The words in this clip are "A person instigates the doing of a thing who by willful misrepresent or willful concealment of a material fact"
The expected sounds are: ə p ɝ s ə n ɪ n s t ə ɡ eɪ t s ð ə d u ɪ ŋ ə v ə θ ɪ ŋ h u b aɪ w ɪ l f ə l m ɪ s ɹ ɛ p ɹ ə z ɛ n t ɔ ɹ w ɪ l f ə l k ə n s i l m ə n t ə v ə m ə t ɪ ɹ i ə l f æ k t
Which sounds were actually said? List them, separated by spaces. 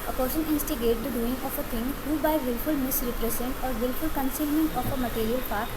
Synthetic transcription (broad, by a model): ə p ɝ s ə n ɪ n s t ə ɡ eɪ t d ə d u ɪ ŋ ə f ə t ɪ ŋ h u b aɪ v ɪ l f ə l m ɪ s ɹ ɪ p ɹ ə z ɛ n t ɔ ɹ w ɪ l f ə l k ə n s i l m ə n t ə f ə m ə t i ɹ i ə l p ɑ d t